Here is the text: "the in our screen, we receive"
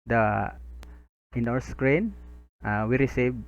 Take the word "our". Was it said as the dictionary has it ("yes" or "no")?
no